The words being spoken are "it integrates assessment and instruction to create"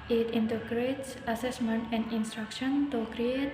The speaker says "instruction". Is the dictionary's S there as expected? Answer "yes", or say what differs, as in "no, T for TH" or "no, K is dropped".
yes